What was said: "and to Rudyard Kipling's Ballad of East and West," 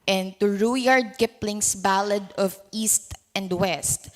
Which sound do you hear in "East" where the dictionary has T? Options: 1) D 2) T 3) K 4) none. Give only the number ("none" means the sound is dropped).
2